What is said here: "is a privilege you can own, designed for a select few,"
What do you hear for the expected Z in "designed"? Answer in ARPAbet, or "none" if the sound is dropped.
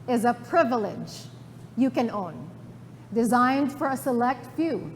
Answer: Z